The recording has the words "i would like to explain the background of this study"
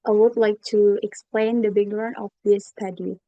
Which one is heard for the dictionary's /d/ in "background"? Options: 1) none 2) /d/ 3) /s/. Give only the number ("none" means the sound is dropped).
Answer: 1